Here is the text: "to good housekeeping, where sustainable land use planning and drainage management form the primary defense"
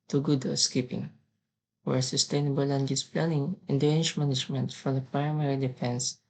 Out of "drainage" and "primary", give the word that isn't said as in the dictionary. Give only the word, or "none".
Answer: drainage